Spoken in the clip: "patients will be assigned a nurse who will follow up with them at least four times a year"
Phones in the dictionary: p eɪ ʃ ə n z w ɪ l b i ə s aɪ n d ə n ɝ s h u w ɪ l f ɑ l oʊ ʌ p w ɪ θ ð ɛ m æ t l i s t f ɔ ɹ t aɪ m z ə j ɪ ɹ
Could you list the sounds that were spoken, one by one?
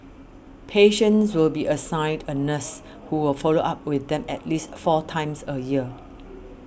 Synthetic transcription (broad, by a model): p eɪ ʃ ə n s w ɪ l b i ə s aɪ d ə n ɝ s h u w ɪ l f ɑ l oʊ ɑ p w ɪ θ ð ɛ m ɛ t l i s t f ɔ t aɪ m s ə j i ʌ